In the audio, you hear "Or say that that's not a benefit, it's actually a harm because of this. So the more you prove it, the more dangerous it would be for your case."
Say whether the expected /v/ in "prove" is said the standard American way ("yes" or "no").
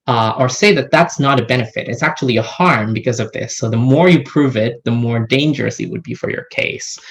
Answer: yes